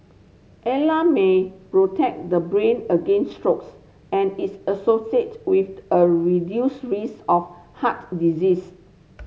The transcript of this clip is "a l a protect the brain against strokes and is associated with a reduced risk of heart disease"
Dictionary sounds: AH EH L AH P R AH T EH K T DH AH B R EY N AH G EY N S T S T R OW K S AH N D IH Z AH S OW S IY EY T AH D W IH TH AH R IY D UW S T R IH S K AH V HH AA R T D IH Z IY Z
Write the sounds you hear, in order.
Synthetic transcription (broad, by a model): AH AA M AH P R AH T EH K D AH B R EY N AH G EY N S S T R OW K S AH N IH S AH S OW S IY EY T W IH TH AH R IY D UW S R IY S AH F HH AA T D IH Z IY S